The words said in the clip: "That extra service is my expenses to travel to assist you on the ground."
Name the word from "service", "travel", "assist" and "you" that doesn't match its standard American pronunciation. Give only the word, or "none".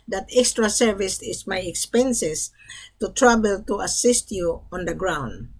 travel